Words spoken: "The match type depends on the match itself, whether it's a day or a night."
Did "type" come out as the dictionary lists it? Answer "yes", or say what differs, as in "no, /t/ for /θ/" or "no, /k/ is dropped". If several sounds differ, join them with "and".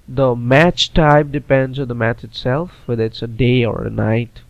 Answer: no, /b/ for /p/